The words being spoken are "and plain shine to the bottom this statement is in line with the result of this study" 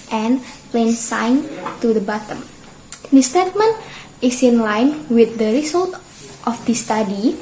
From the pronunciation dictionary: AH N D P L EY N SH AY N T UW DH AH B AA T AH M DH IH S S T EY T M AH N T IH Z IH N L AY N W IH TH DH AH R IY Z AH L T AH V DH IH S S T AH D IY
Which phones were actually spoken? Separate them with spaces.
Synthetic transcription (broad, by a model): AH N P L EY N S AY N T UW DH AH B AA T AH M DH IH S S T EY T M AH N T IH S IH N L AY N W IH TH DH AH R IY S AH L T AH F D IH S S T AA D IY